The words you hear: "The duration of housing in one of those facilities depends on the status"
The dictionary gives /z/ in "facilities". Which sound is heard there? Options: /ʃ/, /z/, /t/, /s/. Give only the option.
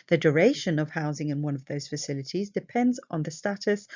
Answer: /z/